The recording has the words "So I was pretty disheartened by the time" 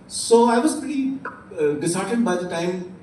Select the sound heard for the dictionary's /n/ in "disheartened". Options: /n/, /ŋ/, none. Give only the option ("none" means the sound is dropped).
none